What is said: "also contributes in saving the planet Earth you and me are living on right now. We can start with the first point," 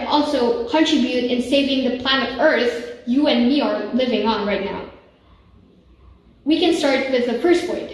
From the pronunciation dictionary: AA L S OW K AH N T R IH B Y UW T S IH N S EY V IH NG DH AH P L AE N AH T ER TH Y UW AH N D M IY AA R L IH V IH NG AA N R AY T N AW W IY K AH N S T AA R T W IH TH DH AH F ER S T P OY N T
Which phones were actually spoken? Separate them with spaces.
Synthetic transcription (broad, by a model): AA L S OW K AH N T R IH B Y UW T IH N S EY V IH NG DH AH P L AE N AH T ER TH Y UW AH N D M IY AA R L IH V IH NG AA N R AY T N AW W IY K AH N S T AA R T W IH DH AH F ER S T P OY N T